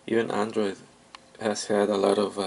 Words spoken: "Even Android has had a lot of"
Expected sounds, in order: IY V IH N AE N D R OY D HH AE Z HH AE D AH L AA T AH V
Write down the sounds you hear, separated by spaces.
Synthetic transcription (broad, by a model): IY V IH N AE N D R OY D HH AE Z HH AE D AH L AA T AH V